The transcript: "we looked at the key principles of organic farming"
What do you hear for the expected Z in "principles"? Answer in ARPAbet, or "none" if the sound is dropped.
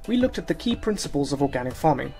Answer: Z